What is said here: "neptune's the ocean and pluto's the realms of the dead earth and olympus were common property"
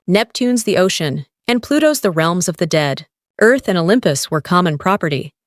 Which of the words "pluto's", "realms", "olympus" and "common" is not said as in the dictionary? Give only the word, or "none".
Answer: none